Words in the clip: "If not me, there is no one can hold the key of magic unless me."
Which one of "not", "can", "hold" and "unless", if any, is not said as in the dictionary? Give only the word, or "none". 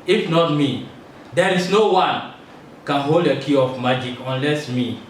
none